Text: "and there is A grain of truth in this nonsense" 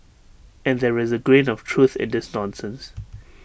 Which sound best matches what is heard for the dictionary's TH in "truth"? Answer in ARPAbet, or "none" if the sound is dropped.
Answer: TH